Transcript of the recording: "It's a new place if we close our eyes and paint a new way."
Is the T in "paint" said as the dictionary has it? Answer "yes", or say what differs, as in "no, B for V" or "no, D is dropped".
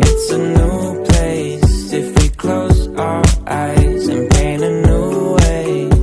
no, T is dropped